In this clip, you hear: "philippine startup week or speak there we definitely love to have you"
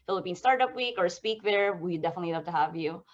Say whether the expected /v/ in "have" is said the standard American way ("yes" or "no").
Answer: yes